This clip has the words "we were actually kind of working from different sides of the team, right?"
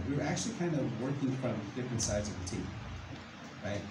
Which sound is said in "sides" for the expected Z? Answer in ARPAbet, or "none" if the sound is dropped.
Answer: Z